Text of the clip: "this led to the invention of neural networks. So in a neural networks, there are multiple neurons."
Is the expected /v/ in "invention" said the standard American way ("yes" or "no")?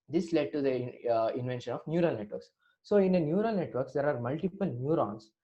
yes